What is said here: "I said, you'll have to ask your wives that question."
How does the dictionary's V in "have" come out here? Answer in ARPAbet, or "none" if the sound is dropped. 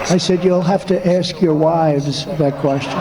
F